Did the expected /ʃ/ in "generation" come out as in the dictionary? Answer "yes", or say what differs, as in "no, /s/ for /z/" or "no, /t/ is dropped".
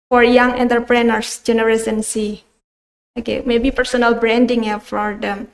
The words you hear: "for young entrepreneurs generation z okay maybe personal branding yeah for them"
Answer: no, /s/ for /ʃ/